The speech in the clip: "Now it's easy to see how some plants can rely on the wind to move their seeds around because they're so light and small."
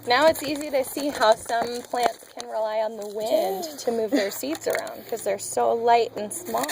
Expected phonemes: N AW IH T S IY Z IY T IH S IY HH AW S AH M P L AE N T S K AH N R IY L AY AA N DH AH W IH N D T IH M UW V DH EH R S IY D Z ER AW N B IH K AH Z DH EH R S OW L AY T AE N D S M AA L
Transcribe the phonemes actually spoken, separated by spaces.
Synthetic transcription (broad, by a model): N AW IH T S IY Z IY T IH S IY HH AW S AH M P L AE N T S K AH N R IY L AY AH N DH AH W IH N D T IH M UW V DH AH R S IY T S ER AW N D K AH Z DH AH R S OW L AY T N S M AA